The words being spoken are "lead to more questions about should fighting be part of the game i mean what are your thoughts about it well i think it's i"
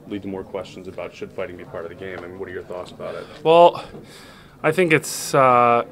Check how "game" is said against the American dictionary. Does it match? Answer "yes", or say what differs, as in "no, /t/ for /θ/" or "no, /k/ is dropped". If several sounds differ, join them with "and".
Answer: no, /m/ is dropped